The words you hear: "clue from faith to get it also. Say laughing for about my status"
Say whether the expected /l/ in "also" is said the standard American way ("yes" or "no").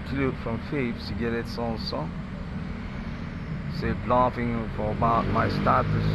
no